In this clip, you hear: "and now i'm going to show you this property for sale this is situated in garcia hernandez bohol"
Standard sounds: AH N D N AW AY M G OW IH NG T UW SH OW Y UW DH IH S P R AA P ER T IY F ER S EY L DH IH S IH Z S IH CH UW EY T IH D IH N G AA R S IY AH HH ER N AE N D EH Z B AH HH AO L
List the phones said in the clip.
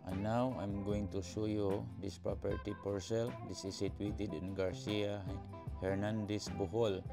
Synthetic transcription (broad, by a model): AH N N AW AY M G OW IH NG T UW SH OW Y UW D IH S P R AA P ER T IY P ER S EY L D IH S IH S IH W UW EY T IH D IH N G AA R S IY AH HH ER N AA N D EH S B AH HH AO L